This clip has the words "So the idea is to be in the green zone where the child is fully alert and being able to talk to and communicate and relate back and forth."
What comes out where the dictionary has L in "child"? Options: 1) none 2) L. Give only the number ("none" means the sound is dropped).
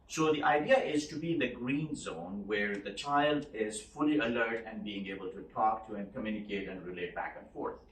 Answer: 2